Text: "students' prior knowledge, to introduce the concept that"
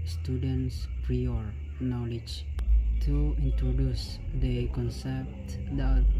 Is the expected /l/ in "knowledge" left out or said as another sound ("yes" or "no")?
no